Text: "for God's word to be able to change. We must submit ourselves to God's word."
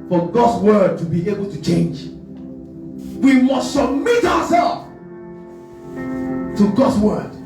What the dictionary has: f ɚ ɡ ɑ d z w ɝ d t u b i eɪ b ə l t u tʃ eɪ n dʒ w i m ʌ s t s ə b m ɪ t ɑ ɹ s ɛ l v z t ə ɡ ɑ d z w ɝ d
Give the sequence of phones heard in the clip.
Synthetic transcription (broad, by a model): f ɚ ɡ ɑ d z w ɝ d t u b i eɪ b ə l t u tʃ eɪ n dʒ w i m ʌ s t s ə b m ɪ t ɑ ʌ s ɛ l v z t ə ɡ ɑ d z w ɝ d